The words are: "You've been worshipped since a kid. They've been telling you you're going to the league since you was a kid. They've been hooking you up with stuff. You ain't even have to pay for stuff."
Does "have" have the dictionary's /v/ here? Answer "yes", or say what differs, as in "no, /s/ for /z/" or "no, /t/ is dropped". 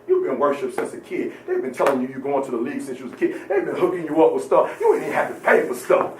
no, /f/ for /v/